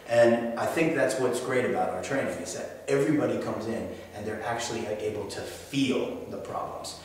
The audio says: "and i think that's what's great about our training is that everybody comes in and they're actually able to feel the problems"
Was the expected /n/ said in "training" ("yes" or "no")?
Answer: no